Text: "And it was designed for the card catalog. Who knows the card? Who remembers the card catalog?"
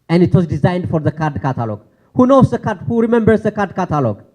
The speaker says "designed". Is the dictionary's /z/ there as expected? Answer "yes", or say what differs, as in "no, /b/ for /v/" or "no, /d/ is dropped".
yes